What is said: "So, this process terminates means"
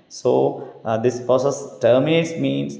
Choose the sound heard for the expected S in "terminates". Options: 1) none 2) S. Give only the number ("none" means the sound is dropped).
2